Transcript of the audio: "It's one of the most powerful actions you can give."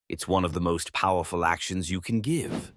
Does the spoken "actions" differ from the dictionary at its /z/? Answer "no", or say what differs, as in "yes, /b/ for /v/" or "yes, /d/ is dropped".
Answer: no